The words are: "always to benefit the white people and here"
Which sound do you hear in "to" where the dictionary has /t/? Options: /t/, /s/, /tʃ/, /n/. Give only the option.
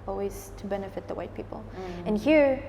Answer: /t/